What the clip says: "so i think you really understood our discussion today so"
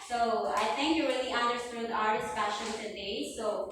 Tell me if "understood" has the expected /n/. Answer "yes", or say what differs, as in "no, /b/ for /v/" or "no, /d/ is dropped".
yes